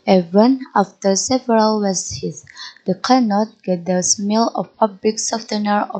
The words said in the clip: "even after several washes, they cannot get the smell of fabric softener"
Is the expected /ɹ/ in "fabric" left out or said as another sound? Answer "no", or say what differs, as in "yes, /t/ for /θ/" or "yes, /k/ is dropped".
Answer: yes, /l/ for /ɹ/